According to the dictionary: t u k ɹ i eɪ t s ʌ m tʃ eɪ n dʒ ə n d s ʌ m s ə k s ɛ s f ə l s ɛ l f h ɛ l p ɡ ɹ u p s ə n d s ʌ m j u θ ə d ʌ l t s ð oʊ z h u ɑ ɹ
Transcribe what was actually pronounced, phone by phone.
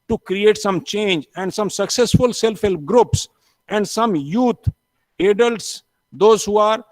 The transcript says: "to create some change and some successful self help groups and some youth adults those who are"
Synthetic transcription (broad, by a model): t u k ɹ i eɪ t s ʌ m tʃ eɪ n dʒ ə n d s ʌ m s ə k s ɛ s f ə l s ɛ l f h ɛ l p ɡ ɹ u p s ə n d s ʌ m j u t ə d ʌ l t s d oʊ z h u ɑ ɹ